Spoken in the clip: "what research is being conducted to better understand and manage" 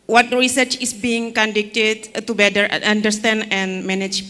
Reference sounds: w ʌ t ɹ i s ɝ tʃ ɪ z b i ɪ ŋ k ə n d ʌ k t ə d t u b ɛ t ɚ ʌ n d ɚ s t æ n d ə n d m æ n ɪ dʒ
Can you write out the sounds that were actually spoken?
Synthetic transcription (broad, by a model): w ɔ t ɹ i s ɝ tʃ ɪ s b i ɪ ŋ k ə n d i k t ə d t u b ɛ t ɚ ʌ n d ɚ s t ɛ n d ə n m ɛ n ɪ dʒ